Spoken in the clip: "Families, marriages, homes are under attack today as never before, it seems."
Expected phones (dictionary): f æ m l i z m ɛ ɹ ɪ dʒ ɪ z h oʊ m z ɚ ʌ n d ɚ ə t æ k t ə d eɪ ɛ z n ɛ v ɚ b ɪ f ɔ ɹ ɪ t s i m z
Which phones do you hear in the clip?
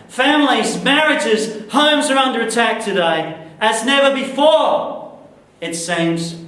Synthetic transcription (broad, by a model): f æ m l i z m ɛ ɹ ɪ dʒ ɪ z h oʊ m z ɚ ʌ n d ɚ ə t æ k t ə d eɪ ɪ z n ɛ v ɚ b ɪ f ɔ ɹ ɪ t s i m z